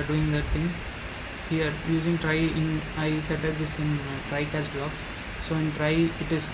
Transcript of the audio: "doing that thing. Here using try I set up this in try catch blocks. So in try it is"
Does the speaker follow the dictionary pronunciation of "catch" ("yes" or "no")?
no